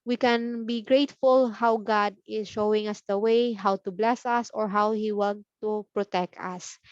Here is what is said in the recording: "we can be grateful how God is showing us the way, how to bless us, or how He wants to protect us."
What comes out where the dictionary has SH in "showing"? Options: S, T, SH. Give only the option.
SH